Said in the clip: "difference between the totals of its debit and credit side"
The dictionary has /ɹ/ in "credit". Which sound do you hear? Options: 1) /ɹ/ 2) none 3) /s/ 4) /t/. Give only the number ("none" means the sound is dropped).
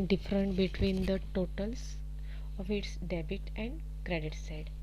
1